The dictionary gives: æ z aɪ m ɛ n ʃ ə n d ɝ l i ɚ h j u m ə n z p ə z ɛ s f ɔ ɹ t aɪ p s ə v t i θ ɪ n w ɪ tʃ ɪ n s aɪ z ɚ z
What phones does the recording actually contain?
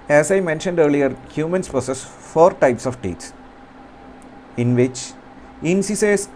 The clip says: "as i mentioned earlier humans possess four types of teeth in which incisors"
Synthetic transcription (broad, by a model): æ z aɪ m ɛ n ʃ ə n d ɝ l i ɚ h j u m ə n s p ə s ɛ s f ɔ ɹ t aɪ p s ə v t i s ɪ n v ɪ tʃ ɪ n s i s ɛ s